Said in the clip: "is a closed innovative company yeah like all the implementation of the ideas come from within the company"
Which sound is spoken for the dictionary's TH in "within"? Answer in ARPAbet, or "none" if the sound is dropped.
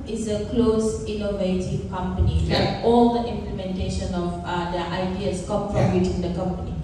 T